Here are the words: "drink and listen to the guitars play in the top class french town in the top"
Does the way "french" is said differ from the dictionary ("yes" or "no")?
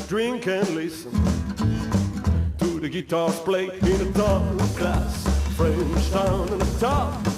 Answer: yes